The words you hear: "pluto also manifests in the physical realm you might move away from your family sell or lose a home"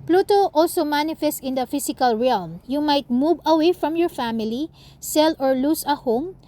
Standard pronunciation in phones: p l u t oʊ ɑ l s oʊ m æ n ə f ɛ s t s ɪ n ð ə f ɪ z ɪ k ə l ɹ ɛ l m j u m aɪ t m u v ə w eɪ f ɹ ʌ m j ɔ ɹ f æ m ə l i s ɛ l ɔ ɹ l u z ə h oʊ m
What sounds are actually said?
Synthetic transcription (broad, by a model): p l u t oʊ ɑ l s oʊ m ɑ n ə f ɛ s t ɪ n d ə f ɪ s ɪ k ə l ɹ ɛ l m j u m aɪ t m u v ə w eɪ f ɹ ʌ m j ɔ ɹ f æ m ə l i s ɛ l ɔ ɹ l u s ə h oʊ m